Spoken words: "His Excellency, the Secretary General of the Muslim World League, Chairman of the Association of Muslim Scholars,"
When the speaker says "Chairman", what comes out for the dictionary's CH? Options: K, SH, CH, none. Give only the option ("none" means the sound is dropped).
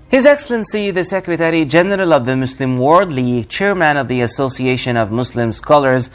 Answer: CH